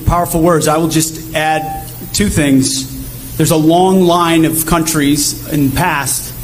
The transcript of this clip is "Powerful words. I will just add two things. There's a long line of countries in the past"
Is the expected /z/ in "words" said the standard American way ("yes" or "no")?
yes